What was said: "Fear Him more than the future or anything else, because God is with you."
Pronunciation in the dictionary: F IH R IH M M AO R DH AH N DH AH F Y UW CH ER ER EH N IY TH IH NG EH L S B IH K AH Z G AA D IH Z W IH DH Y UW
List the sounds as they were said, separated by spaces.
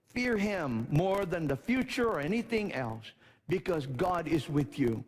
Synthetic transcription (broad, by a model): F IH R IH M M AO R DH AH N DH AH F Y UW CH ER ER EH N IY TH IH NG EH L S B IH K AH Z G AA D IH Z W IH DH Y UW